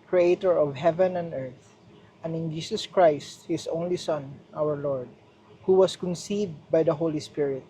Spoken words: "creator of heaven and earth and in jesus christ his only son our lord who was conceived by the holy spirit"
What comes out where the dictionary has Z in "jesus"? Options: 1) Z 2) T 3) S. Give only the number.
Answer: 3